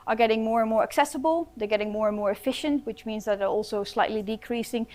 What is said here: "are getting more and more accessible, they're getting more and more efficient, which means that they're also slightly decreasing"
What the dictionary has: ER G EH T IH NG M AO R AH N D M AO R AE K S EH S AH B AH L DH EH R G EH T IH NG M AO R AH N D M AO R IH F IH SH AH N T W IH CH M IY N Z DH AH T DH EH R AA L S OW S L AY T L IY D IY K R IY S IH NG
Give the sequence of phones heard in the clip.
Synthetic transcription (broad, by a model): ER G EH T IH NG M AO R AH N M AO R AE K S EH S AH B AH L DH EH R G EH T IH NG M AO R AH N M AO R IH F IH SH AH N T W IH CH M IY N Z DH AH T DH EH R AA L S OW S L AY T L IY D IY K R IY S IH NG